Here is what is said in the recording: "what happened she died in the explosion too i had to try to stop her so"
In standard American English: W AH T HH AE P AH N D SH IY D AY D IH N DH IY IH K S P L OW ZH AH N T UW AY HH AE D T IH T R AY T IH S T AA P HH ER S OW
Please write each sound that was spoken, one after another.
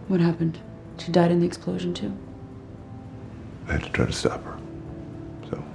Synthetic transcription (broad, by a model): W AH T HH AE P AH N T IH D AY D IH N DH IY IH K S P L OW ZH AH N T UW AY HH AE D T IH T R AY T IH S T AA P HH ER S OW